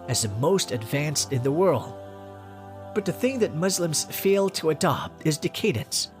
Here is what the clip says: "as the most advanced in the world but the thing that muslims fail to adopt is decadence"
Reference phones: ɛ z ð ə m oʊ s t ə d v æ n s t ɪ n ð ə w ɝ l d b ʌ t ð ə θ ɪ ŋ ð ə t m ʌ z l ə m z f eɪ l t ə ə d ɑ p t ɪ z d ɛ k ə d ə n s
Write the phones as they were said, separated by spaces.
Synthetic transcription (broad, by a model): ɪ z ð ə m oʊ s t ə d v æ n s t ɪ n ð ə w ɝ l d b ʌ t ð ə θ ɪ ŋ ð ə t m ʌ z l ə m z f eɪ l t ə ə d ɑ p t ɪ z d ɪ k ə d n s